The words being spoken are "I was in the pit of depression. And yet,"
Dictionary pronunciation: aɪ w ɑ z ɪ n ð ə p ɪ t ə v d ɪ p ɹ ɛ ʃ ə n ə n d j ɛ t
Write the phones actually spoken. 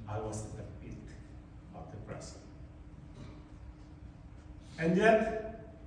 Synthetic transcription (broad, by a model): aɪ w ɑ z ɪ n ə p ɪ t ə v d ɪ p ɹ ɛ s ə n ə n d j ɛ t